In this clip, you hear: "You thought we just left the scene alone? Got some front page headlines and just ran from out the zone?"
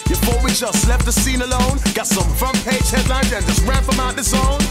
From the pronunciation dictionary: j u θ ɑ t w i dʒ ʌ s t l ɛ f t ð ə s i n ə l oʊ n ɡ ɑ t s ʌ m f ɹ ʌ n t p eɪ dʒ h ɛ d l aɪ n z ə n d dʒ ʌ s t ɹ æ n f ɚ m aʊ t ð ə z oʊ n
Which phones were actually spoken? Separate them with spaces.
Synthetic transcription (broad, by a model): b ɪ f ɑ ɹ w i dʒ ʌ s t l ɛ f t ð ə s i n ə l oʊ n ɡ ɑ t s ʌ m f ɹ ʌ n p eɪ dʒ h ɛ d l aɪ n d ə n dʒ ʌ s t ɹ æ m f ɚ m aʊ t ð ə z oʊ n